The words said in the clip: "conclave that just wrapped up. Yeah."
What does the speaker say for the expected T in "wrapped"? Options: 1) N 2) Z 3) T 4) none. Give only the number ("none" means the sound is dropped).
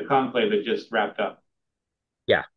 3